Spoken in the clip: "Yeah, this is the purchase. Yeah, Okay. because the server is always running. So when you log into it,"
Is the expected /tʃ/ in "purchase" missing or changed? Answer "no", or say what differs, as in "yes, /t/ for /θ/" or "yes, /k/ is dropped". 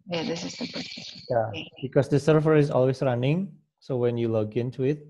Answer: yes, /tʃ/ is dropped